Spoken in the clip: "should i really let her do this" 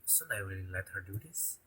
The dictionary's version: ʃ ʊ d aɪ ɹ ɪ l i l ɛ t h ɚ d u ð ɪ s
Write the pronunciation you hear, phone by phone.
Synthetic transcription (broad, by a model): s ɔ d aɪ w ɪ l l ɛ t h ɚ d u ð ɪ s